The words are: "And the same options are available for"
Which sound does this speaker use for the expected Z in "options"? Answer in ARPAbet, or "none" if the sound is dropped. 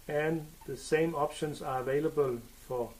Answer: S